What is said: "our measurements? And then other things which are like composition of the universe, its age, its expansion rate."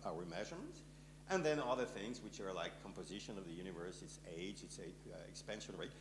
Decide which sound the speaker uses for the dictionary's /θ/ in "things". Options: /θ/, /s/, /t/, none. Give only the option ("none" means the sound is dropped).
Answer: /θ/